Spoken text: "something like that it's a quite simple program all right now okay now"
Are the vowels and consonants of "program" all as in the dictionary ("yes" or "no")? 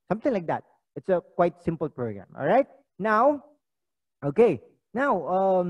yes